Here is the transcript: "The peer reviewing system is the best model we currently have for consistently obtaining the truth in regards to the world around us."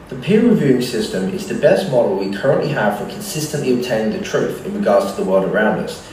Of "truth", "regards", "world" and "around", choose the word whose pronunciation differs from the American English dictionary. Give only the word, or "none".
none